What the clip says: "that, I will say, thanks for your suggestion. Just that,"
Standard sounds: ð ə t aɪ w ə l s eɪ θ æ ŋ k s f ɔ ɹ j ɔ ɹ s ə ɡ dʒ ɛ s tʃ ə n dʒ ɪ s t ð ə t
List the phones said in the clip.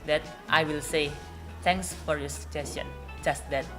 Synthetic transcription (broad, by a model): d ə t aɪ w ə l s eɪ t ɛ ŋ k s f ɔ ɹ j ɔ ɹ s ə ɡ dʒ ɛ s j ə n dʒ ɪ s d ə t